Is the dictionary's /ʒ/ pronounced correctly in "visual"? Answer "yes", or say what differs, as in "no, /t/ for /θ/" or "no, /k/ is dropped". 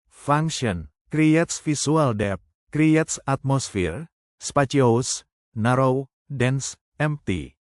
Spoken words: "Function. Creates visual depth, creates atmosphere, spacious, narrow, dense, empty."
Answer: no, /s/ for /ʒ/